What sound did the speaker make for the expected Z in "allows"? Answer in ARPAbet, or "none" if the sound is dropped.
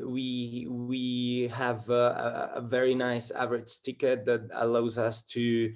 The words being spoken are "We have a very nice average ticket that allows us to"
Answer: Z